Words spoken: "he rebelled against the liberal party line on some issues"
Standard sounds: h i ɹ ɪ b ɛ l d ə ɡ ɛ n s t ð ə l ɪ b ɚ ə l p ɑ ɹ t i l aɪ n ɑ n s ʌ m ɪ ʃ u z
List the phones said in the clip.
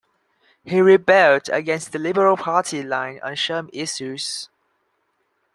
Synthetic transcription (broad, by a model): h i ɹ ɪ b ɛ l d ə ɡ ɛ n s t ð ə l ɪ b ɚ ə l p ɑ t i l aɪ n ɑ n ʃ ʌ m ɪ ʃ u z